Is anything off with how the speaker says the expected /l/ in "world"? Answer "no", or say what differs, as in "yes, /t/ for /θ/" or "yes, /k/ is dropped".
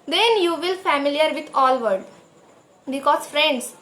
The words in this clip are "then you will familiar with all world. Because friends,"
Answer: yes, /l/ is dropped